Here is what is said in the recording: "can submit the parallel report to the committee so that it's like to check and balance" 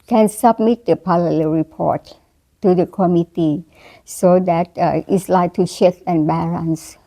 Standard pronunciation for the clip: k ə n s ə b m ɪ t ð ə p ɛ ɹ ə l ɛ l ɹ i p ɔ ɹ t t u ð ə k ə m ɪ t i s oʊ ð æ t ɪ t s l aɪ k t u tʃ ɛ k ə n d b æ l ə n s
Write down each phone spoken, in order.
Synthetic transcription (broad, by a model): k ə n s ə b m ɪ t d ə p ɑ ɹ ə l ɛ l ɹ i p ɔ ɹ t t u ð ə k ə m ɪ t i s oʊ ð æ t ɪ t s l aɪ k t u ʃ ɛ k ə n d b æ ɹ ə n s